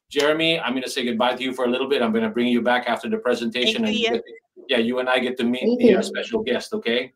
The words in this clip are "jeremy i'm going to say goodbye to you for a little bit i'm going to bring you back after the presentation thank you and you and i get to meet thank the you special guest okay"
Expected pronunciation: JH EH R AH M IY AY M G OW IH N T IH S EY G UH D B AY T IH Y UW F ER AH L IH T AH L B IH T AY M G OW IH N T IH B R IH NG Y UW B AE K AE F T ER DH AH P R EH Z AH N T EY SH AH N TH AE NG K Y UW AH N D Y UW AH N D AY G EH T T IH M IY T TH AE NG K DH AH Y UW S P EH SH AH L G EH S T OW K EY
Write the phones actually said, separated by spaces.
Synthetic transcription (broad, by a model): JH EH R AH M IY AY M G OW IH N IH S EY G UH D B AY T IH Y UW F ER AH L IH T L B IH T AY M G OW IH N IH B R IH NG Y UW B AE K AE F T ER DH AH P R EH Z AH N T EY SH AH N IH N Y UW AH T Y Y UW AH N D AY G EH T T IH M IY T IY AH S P EH SH L G EH S T OW K EY